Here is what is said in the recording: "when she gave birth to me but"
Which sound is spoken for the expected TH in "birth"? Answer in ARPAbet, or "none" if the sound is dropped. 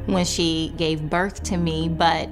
TH